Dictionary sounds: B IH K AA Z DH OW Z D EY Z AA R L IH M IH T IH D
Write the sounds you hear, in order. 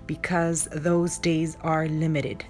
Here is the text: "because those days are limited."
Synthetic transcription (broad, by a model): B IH K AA Z DH OW Z D EY Z AA R L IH M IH T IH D